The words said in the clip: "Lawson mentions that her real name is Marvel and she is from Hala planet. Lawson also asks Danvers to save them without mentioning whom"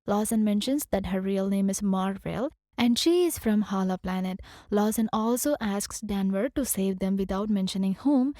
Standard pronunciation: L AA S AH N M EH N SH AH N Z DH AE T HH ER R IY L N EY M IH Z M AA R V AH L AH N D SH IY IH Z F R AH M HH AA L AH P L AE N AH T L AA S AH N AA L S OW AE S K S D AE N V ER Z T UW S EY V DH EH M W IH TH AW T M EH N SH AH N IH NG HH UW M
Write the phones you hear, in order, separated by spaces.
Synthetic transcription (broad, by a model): L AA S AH N M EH N SH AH N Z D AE T HH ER R IY L N EY M IH Z M AA R V AH L AH N D SH IY IH Z F R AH M HH AA L AH P L AE N AH T L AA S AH N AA L S OW AE S K S D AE N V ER T UW S EY V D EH M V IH T AW T M EH N SH AH N IH NG HH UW M